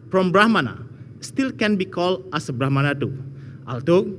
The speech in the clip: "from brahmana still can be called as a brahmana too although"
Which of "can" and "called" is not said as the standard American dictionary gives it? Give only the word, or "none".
called